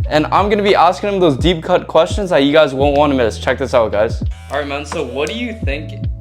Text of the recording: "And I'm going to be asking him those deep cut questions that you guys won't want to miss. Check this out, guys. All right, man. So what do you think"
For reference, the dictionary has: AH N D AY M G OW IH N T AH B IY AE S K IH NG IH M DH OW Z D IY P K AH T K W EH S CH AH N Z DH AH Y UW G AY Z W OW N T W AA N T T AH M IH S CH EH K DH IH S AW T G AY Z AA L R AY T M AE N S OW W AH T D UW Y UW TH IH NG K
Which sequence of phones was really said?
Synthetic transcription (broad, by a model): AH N AY M G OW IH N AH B IY AE S K IH NG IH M DH OW Z D IY P K AH T K W EH S CH AH N Z DH AH Y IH G AY Z W OW N T W AA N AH M IH S CH EH K DH IH S AW T G AY Z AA R AY T M AE N S OW W AH T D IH Y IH TH IH NG K